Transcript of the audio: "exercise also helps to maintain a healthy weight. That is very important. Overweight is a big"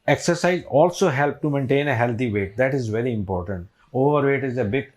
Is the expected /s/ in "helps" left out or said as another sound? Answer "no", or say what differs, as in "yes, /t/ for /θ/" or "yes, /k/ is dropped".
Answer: yes, /s/ is dropped